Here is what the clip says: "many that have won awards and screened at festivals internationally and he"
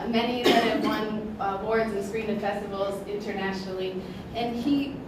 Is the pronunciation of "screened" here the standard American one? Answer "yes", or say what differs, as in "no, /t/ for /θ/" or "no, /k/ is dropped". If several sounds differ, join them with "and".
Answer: no, /d/ is dropped